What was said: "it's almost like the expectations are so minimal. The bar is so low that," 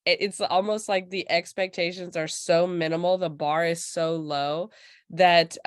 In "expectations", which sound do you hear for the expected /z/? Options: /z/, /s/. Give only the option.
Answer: /z/